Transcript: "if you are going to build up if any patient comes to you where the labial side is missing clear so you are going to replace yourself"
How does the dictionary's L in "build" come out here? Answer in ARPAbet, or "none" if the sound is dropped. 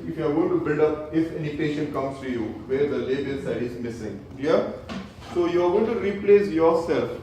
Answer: L